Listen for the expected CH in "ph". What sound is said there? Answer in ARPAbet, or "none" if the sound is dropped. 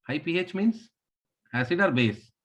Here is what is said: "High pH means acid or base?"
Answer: CH